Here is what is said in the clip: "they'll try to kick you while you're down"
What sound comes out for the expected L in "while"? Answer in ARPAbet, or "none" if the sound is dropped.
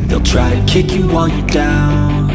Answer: N